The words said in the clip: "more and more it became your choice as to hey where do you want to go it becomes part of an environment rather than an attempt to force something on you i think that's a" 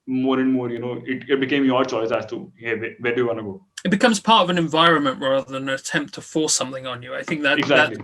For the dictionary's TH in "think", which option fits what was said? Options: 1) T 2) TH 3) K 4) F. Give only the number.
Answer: 2